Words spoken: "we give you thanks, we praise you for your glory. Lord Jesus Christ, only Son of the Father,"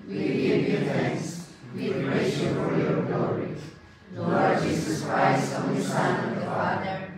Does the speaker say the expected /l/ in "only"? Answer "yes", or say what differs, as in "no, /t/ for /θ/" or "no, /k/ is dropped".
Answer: no, /l/ is dropped